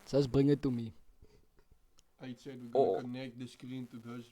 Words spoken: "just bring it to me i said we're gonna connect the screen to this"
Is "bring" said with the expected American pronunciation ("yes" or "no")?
yes